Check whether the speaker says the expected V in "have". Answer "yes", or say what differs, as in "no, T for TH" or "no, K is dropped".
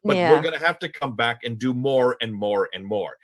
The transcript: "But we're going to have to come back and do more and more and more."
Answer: no, F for V